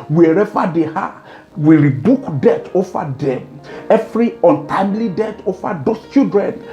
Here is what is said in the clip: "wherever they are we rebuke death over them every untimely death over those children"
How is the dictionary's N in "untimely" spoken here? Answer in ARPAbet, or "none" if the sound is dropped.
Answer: N